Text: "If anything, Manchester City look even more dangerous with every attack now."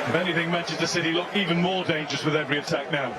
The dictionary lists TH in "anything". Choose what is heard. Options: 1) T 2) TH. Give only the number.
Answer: 2